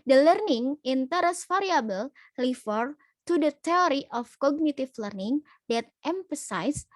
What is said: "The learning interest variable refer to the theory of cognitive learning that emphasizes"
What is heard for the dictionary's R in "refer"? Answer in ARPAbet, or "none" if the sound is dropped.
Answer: L